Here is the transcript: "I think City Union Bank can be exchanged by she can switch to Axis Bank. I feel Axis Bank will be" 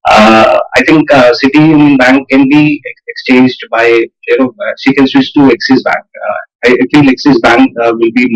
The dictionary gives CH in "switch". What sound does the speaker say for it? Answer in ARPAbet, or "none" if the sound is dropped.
S